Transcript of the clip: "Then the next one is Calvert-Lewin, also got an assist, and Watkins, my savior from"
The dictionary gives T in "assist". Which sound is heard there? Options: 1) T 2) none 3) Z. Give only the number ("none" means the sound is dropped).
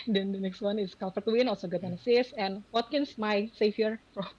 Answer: 2